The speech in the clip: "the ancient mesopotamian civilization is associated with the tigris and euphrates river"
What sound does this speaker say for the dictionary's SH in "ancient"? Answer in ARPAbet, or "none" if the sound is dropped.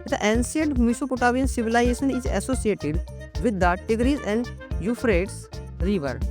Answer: S